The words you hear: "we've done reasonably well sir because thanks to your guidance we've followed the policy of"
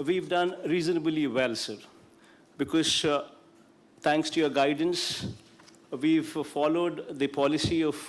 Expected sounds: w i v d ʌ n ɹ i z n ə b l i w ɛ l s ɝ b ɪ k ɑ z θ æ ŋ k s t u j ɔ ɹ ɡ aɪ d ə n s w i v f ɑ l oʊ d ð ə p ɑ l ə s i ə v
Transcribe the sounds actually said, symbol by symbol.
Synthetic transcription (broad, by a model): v i v d ʌ n ɹ i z n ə b l i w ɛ l s ɝ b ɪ k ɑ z t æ ŋ k s t u j ɔ ɹ ɡ aɪ d ə n s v i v f ɑ l oʊ d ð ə p ɑ l ə s i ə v